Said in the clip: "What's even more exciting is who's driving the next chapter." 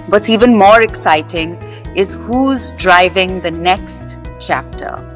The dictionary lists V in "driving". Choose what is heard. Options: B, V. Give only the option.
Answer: V